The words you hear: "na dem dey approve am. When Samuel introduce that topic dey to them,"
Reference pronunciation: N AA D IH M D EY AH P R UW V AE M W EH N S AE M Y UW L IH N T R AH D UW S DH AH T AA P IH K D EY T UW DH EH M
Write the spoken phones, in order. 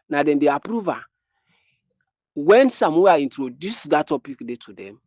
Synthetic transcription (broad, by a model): N AA D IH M D EY AH P R UW V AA W EH N S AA M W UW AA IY N T R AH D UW S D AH T AA P IH K D EY T UW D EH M